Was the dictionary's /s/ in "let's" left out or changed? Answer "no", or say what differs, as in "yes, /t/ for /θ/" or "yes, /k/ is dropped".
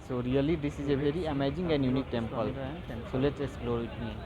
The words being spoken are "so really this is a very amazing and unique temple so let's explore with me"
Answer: yes, /s/ is dropped